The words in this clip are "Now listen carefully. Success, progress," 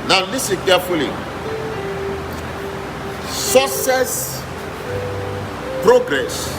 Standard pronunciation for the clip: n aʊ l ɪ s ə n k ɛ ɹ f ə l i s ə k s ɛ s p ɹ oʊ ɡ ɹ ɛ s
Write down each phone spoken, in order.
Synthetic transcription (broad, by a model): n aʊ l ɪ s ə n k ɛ f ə l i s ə s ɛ s p ɹ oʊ ɡ ɹ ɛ s